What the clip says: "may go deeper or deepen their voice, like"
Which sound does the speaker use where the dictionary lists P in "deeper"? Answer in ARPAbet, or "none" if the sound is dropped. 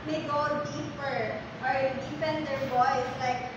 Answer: P